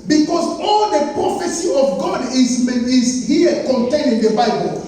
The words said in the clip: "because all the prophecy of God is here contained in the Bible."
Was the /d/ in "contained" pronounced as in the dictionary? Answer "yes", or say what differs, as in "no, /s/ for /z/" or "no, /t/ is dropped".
no, /d/ is dropped